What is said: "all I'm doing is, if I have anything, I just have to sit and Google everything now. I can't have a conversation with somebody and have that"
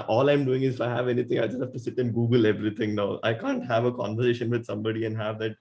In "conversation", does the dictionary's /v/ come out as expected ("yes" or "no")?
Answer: yes